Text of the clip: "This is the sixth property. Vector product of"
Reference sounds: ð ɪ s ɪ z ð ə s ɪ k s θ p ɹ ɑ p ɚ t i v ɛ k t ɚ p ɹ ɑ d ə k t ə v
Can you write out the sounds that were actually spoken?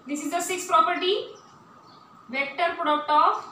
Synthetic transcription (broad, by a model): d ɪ s ɪ z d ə s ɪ k s p ɹ ɑ p ɚ t i v ɛ k t ɚ p ɹ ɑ d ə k t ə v